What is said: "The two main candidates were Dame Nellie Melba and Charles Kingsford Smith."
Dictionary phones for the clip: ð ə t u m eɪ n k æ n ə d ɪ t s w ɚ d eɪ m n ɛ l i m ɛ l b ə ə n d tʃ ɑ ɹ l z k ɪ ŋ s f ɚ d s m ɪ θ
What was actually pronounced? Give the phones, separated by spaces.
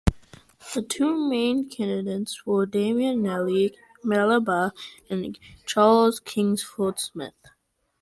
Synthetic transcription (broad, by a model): ð ə t u m eɪ n k æ n ə d ɪ t s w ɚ d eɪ m n ɛ l i m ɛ l b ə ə n tʃ ɑ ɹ l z k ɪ ŋ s f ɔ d s m ɪ θ